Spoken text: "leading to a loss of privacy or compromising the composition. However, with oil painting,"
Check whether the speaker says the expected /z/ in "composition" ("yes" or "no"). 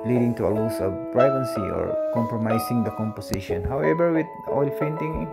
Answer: no